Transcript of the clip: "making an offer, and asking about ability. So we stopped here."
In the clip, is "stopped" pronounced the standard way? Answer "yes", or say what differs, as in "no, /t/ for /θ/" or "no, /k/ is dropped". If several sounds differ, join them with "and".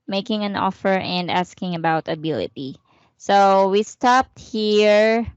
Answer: yes